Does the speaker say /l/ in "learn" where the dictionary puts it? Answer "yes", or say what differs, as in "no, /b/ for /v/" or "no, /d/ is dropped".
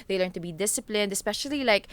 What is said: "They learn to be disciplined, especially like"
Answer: yes